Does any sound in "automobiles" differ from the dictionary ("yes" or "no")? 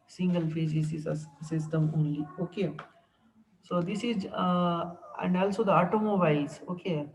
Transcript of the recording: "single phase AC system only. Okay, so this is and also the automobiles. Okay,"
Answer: yes